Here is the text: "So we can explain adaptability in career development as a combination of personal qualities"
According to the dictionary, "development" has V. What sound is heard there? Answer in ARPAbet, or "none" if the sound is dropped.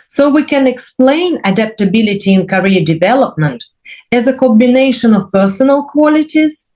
V